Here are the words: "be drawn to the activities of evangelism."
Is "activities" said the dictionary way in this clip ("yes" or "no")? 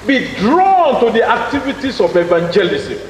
no